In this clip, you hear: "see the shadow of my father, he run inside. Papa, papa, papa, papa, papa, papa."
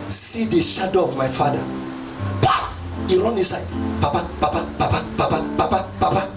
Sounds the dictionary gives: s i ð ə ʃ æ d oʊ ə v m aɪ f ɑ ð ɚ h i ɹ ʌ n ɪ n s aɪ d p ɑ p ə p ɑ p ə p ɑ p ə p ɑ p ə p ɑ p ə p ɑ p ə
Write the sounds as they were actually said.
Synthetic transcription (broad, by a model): s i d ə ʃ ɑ d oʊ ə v m aɪ f ɑ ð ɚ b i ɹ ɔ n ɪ s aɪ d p ɑ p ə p ɑ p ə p ɑ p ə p ɑ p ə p ɑ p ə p ɑ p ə